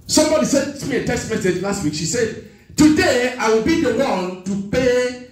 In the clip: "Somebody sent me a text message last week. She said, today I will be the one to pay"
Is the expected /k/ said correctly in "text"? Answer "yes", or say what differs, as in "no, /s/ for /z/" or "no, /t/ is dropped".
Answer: no, /k/ is dropped